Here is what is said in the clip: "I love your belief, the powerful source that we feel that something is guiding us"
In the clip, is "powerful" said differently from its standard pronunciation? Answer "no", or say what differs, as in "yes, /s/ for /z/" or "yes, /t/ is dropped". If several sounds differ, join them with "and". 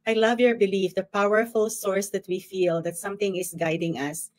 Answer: no